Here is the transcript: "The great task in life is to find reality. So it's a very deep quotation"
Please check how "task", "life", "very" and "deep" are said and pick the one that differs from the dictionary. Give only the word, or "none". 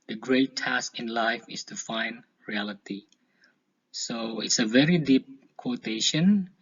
none